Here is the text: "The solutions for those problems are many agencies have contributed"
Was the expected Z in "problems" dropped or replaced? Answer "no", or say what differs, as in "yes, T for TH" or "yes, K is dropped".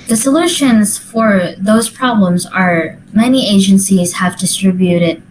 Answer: no